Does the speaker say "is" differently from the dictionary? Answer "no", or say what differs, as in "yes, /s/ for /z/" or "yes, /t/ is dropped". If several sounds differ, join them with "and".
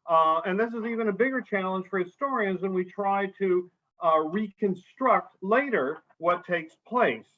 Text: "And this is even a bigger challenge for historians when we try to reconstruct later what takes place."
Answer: no